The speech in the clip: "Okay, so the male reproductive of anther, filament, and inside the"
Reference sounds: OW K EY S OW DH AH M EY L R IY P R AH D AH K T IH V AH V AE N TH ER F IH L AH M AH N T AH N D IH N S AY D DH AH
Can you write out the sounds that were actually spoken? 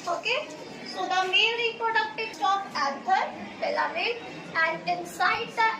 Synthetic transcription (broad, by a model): OW K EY S OW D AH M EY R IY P R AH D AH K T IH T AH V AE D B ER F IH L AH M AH T AH N D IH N S AY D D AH